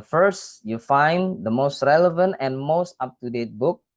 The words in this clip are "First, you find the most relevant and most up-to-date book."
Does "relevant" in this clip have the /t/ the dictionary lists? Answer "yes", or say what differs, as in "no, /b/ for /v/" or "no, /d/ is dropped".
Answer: yes